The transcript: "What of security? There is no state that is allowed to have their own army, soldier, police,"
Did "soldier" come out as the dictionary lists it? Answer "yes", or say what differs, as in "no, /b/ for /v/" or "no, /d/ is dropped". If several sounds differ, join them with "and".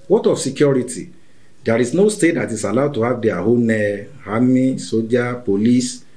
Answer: no, /l/ is dropped